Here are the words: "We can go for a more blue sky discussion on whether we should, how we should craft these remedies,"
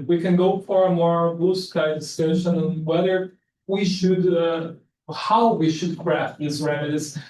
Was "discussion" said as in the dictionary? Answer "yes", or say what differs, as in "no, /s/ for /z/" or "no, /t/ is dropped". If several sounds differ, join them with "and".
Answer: no, /k/ is dropped